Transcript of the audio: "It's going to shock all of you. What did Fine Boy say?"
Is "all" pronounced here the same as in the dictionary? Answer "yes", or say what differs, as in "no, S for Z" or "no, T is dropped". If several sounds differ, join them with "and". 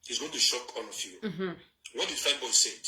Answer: no, N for L